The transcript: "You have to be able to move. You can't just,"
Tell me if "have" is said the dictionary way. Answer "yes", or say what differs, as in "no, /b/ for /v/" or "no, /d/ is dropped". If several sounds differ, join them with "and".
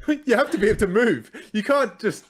no, /f/ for /v/